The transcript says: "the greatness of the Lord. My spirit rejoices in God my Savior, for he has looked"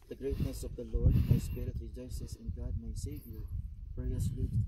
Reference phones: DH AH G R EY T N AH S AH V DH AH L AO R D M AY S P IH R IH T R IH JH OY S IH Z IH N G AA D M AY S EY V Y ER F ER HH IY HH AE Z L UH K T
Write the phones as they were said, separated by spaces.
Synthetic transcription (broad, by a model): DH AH G R EY T N AH S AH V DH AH L AO R D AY S P IH R IH T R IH JH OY S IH S IH N G AA D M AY S EY V Y ER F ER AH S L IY